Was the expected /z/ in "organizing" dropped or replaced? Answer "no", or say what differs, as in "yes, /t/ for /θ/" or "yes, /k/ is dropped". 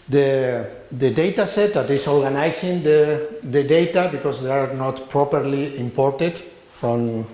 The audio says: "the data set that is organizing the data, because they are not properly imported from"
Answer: yes, /s/ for /z/